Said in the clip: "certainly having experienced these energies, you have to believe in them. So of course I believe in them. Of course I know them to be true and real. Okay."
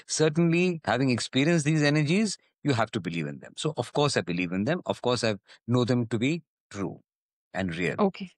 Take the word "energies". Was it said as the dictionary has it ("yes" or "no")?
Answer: yes